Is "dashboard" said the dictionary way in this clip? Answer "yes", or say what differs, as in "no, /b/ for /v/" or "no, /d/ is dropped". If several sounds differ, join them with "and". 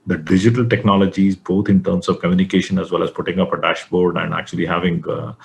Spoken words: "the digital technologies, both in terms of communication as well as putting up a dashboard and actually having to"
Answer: yes